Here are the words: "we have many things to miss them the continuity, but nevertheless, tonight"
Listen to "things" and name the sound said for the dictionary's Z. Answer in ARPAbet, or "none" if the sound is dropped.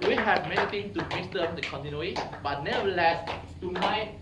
none